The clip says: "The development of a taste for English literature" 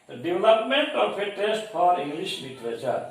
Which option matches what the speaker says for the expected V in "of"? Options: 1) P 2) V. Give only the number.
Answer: 1